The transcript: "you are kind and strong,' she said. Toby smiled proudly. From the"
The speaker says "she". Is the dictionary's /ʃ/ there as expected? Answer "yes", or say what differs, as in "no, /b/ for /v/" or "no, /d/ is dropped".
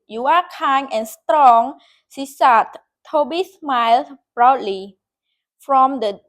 no, /s/ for /ʃ/